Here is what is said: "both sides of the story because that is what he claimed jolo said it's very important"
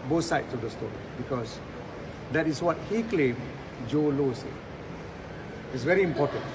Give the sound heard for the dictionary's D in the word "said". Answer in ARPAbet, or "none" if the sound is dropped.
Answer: none